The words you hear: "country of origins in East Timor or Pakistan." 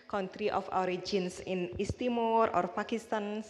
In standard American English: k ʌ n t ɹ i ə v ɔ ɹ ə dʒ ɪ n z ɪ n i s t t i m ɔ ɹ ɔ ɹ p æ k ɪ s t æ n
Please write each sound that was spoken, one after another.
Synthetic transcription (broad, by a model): k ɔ n t ɹ i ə f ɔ ɹ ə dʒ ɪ n s ɪ n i s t t i m ɔ ɹ ɔ ɹ p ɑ k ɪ s t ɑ n